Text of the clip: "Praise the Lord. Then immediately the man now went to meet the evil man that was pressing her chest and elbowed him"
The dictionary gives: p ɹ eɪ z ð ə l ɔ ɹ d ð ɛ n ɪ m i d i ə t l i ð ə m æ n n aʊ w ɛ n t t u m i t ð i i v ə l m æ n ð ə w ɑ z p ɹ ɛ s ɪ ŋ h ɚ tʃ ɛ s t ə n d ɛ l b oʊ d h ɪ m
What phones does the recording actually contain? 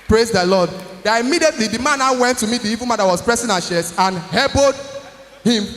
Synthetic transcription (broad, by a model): p ɹ eɪ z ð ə l ɔ d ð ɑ ɪ m i d i ə t l i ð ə m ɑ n n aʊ w ɛ n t t u m i t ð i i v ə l m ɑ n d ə w ɑ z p ɹ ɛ s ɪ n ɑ ʃ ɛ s ə n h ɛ b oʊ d h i m